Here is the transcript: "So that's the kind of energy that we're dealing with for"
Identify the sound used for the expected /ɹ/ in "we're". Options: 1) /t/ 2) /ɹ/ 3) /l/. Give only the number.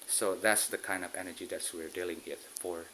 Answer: 2